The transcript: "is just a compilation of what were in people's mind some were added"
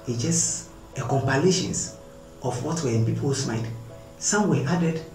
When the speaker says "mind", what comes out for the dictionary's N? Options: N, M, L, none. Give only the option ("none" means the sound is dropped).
none